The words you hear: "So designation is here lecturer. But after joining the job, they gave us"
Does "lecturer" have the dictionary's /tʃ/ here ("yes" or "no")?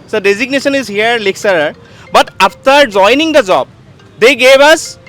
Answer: no